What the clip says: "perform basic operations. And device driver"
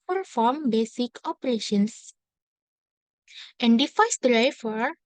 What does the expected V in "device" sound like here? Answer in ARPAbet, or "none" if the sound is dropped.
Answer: F